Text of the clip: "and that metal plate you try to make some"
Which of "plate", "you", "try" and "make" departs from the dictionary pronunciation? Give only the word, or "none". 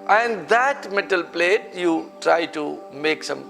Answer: none